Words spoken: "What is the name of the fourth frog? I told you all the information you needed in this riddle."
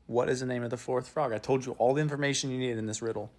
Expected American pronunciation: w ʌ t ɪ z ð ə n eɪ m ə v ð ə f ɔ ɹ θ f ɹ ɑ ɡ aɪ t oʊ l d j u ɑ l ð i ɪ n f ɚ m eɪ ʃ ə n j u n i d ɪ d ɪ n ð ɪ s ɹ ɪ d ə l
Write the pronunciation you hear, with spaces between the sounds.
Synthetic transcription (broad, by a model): w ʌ t ɪ z ð ə n eɪ m ə v ð ə f ɔ ɹ θ f ɹ ɑ ɡ aɪ t oʊ l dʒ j ɑ l ð i ɪ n f ɚ m eɪ ʃ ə n j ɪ n i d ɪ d ɪ n ð ɪ s ɹ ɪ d l